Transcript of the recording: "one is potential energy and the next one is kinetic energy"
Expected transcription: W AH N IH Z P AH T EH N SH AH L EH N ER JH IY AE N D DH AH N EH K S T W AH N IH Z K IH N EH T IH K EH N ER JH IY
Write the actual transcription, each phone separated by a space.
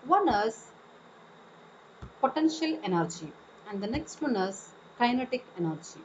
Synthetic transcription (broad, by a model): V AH N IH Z P AH T EH N SH AH L EH N ER JH IY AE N D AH N EH K S T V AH N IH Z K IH N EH T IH K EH N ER JH IY